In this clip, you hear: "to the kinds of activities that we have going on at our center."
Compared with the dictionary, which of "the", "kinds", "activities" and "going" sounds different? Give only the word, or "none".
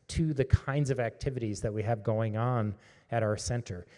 none